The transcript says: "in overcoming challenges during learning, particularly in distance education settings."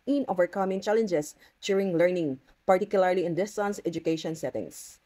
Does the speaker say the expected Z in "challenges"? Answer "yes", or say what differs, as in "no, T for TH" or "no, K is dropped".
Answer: no, S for Z